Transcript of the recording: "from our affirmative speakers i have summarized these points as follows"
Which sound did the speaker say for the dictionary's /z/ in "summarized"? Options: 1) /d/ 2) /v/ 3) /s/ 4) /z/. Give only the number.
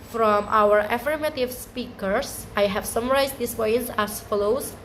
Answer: 3